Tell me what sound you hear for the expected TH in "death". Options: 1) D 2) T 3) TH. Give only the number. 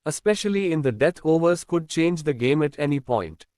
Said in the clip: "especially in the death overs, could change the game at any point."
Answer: 2